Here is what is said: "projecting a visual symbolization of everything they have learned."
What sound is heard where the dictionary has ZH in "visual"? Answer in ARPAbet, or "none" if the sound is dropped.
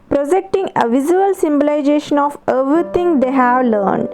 Z